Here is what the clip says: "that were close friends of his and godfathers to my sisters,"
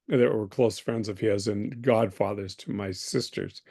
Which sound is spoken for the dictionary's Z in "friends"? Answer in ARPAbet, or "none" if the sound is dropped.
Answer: Z